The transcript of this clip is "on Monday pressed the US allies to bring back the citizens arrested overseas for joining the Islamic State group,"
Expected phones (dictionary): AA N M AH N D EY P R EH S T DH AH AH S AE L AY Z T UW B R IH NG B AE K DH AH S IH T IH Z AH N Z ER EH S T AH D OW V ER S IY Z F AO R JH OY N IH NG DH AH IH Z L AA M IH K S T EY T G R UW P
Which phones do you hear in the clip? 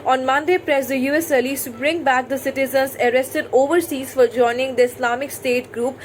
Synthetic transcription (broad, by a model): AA N M AH N D EY P R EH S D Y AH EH S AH L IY S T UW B R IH NG B AE K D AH S IH T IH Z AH N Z ER EH S T AH D OW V ER S IY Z F AO R JH OY N IH NG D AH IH S L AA M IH K S T EY T G R UW P